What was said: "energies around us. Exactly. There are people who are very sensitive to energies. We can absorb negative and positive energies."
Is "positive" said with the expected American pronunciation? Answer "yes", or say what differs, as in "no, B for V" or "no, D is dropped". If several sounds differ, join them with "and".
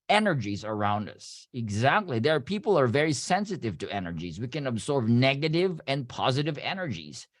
yes